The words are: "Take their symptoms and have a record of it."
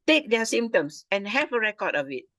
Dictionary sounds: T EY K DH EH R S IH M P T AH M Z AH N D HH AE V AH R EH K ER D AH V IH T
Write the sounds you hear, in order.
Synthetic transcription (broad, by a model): T EY K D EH S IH M T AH M S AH N HH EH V AH R EH K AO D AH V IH T